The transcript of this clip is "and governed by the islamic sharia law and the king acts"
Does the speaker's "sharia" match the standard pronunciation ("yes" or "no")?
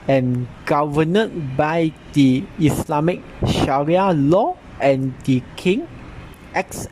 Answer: yes